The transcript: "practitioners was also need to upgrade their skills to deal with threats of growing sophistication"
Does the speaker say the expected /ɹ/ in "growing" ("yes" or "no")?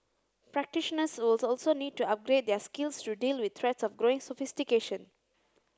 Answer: yes